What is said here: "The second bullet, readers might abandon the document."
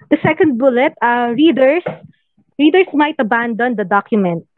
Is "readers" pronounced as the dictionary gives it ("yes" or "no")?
no